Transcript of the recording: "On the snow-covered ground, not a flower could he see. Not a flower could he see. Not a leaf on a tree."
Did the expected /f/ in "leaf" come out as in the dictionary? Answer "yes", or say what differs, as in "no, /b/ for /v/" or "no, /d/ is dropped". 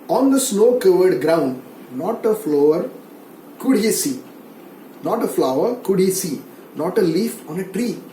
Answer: yes